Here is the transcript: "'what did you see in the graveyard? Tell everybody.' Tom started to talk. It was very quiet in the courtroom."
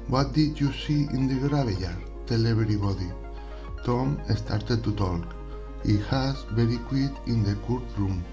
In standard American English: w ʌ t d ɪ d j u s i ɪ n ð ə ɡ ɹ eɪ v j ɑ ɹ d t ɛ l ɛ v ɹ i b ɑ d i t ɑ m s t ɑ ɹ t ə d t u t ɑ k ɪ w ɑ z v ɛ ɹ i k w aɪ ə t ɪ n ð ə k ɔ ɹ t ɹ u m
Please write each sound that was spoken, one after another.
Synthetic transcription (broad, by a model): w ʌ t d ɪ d j u s i ɪ n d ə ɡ ɹ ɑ b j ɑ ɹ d t ɛ l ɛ b ɹ i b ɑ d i t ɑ m s t ɑ ɹ t ə d t u t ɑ k ɪ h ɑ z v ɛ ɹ i k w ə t ɪ n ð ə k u ɹ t ɹ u m